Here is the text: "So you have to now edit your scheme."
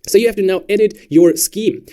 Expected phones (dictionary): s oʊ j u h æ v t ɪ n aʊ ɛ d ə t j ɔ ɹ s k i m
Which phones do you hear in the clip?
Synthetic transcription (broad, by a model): s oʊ j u h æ f t ɪ n aʊ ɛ d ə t j ɔ ɹ s k i m